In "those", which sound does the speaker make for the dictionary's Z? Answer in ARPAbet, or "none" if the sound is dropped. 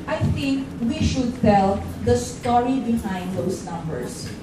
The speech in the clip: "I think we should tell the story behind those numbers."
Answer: S